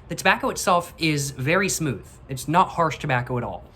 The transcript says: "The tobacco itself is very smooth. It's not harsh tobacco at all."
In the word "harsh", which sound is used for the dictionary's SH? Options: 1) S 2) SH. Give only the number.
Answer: 2